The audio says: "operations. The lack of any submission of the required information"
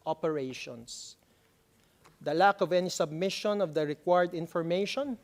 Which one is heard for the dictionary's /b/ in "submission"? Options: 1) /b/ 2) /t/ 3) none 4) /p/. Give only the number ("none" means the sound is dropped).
1